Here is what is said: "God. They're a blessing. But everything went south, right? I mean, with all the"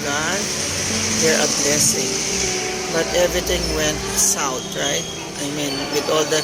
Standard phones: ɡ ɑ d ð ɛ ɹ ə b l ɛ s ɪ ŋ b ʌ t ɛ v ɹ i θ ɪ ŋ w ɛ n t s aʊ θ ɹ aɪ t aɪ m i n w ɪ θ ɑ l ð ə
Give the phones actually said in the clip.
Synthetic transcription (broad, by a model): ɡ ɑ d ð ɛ ɹ ə b l ɛ s ɪ ŋ b ʌ t ɛ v ɹ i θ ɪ ŋ w ɛ n t s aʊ t ɹ aɪ t aɪ m i n w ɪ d ɑ l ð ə